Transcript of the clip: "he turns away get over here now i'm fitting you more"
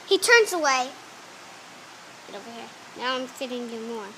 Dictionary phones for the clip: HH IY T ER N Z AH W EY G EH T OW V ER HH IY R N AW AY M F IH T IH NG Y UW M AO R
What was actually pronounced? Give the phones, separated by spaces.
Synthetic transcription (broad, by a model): HH IY T ER N Z AH W EY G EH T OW B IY HH IY R N AW AY M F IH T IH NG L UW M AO